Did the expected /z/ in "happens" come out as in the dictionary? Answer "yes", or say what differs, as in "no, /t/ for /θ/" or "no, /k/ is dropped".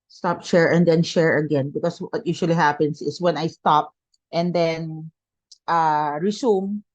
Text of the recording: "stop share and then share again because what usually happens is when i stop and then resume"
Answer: no, /s/ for /z/